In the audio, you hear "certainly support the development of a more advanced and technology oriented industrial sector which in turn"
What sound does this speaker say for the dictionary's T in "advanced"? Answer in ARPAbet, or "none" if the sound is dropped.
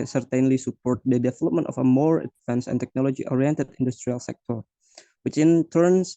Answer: none